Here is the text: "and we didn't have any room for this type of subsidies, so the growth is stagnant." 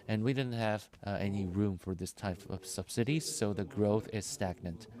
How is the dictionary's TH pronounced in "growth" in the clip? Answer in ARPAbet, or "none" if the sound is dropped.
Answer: TH